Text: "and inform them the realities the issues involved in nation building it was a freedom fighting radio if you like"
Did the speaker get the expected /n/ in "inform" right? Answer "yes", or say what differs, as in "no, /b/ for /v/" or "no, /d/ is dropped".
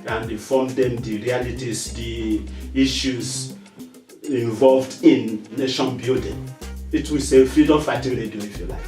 no, /n/ is dropped